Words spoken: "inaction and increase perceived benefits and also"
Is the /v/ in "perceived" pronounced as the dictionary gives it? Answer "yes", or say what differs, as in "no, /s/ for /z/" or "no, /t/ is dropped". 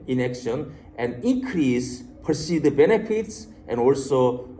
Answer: no, /v/ is dropped